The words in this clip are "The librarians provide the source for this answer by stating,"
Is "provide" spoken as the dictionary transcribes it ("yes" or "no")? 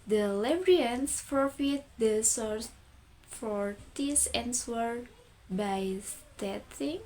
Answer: no